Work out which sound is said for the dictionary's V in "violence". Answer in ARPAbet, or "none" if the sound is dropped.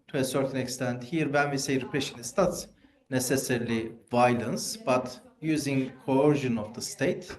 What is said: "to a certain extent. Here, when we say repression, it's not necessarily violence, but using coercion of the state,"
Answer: V